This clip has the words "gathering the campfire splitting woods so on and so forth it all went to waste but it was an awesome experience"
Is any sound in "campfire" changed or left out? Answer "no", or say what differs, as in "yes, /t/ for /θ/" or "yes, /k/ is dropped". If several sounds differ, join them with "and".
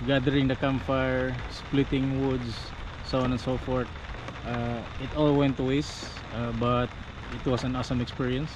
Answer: yes, /p/ is dropped